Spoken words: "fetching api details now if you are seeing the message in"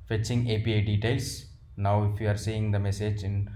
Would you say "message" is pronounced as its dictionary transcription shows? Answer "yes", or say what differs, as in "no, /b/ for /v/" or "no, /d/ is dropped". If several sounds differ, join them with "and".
yes